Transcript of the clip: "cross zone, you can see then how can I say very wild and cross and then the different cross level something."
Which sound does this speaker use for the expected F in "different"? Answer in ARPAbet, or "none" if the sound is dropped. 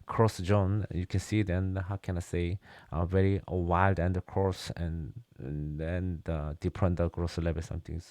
P